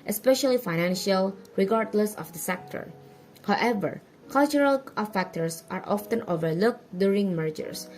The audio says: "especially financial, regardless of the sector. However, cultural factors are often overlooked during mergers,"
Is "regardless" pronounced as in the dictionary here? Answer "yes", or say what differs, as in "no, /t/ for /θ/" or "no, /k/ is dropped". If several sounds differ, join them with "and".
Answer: yes